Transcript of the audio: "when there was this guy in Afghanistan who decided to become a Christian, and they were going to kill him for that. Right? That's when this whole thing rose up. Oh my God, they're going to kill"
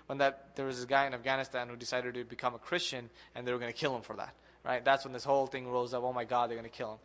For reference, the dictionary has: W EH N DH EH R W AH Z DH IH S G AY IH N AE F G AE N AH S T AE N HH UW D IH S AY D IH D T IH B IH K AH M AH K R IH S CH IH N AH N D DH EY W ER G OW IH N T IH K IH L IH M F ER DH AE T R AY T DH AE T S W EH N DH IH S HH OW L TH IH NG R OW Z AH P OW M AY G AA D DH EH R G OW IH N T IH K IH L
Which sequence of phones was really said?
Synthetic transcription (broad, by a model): W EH N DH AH R W AH Z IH G AY IH N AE F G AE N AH S T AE N HH UW D IH S AY D IH D T IH B IH K AH M AH K R IH S CH IH N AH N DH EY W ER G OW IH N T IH K IH L IH M F ER DH AE T R AY T DH AE T S W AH N DH IH S HH OW L TH IH NG R OW Z AH P OW M AY G AA D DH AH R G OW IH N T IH K IH L